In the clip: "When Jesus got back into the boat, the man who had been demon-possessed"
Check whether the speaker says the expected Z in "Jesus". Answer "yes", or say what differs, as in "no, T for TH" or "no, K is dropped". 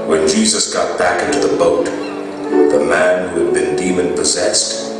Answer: yes